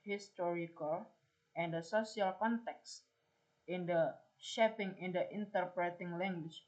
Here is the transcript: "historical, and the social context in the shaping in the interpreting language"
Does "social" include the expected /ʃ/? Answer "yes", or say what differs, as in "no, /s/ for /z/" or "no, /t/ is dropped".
no, /s/ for /ʃ/